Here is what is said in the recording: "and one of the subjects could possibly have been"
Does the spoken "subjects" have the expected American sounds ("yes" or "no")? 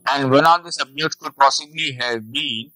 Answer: no